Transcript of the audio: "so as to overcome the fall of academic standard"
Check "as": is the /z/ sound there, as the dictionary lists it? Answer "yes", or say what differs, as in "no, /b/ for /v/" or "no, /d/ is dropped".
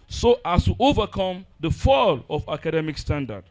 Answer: no, /s/ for /z/